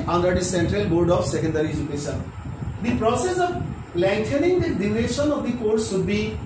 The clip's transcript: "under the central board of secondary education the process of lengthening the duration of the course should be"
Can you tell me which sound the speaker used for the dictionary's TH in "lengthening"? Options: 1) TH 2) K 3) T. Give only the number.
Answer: 3